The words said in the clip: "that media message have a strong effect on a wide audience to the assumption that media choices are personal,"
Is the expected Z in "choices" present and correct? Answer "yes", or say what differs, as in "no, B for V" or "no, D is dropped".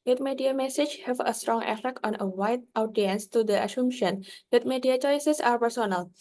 no, S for Z